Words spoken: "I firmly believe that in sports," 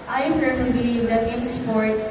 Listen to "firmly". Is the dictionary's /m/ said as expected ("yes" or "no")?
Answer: no